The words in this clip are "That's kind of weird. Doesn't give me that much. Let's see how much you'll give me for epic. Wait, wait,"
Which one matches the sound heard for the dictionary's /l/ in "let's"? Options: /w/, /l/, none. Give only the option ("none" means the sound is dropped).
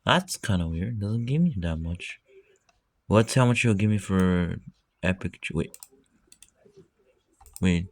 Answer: /w/